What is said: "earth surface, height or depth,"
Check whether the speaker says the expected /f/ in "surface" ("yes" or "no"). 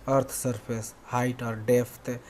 no